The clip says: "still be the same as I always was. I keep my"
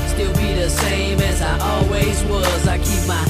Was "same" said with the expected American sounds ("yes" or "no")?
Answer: yes